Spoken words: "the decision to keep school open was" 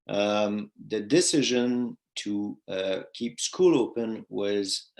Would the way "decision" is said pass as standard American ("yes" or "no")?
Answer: yes